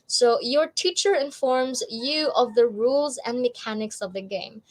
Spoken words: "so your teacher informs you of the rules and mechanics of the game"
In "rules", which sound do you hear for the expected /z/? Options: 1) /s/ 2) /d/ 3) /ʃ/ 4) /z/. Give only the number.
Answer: 4